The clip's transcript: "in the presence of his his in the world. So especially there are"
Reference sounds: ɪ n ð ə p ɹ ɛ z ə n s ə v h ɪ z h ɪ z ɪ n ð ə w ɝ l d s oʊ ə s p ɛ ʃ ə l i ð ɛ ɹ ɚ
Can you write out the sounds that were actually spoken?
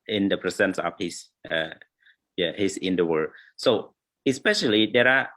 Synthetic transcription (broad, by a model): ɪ n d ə p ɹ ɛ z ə n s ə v h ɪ s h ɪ s ɪ n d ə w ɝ d s oʊ ə s p ɛ ʃ ə l i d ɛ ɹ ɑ